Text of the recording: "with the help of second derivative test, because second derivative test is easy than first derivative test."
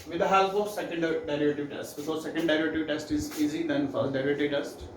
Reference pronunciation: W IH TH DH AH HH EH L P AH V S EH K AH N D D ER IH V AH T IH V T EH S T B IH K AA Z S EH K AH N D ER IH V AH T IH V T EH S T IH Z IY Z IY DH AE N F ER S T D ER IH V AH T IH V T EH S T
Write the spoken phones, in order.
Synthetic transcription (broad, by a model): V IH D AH HH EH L F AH S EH K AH N D D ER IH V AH T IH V T EH S T B IH K AA Z S EH K AH N D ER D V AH T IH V T EH S T IH Z IY Z IY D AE N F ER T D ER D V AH T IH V T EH S T